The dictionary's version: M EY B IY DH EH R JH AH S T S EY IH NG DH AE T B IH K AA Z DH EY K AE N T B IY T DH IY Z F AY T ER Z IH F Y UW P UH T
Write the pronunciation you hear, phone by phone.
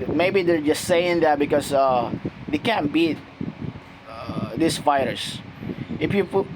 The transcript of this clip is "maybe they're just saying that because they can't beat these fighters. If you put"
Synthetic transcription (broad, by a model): M EY B IY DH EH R JH AH S T S EY IH NG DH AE T B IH K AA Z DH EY K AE N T B IY T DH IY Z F AY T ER S IH F Y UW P